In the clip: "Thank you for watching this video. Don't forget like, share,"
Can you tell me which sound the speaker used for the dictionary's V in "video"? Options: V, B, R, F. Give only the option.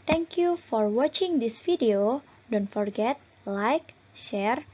F